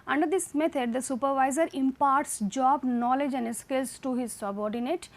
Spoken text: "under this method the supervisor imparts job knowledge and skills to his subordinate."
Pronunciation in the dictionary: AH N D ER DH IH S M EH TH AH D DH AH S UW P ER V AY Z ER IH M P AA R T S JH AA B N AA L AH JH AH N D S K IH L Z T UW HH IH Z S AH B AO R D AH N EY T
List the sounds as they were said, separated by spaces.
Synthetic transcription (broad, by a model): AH N D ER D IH S M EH T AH D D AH S UW P ER V AY Z ER IH M P AA R T S JH AA B N AA L AH JH AH N D S K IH L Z T UW HH IH Z S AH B AO R D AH N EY T